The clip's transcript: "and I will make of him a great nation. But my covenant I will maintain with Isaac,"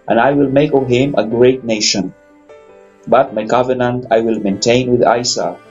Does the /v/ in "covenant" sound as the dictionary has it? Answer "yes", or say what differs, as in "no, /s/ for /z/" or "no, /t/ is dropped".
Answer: yes